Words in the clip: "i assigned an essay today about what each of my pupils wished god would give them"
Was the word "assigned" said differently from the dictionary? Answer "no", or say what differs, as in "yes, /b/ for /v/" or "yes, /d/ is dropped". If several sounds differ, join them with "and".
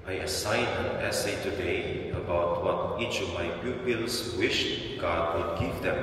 yes, /d/ is dropped